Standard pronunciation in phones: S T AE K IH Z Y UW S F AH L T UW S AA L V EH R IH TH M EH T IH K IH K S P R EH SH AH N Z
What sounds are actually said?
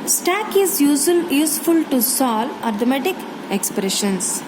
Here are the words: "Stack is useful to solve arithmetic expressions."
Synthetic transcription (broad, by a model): S T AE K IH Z Y UW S F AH L T UW S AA L AA R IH M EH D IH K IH K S P R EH SH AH N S